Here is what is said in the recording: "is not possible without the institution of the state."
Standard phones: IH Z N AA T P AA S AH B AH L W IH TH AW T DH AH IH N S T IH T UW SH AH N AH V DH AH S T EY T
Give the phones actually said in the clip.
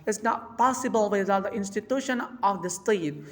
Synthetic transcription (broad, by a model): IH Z N AA T P AA S AH B AH L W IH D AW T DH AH IH N S T IH T UW SH AH N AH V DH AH S T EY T